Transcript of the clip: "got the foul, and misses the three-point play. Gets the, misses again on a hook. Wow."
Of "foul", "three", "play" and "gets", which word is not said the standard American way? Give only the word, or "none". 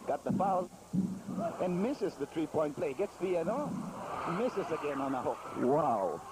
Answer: three